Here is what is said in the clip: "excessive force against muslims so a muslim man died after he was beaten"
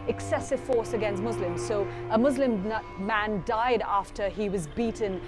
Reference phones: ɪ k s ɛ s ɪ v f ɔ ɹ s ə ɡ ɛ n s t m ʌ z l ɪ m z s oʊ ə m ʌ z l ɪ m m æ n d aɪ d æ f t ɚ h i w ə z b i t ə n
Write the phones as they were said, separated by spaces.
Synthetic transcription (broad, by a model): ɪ k s ɛ s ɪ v f ɔ ɹ s ə ɡ ɛ n s t m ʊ z l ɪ m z s oʊ ə m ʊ z l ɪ m m æ n d aɪ d æ f t ɚ i w ə z b i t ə n